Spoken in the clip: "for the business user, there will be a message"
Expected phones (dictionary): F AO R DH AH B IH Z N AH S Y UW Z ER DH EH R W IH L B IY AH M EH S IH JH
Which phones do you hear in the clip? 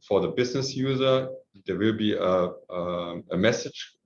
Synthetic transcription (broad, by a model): F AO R DH AH B IH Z N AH S Y UW Z ER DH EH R W IH L B IY AH M EH S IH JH